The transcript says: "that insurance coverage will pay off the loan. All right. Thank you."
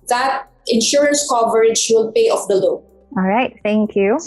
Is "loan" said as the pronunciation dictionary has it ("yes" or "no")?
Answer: no